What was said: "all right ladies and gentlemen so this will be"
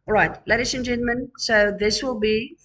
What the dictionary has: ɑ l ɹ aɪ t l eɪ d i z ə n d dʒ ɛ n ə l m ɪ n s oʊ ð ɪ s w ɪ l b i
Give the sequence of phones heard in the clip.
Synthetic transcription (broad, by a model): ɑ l ɹ aɪ t l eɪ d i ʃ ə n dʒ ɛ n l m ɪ n s oʊ ð ɪ s w ɪ l b i